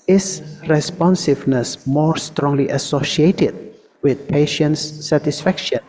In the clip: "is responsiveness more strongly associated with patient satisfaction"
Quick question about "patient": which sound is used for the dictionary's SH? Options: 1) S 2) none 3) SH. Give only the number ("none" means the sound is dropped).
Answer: 3